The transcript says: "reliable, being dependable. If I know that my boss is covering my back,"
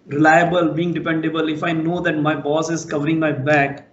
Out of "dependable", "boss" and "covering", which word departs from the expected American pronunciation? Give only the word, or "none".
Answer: none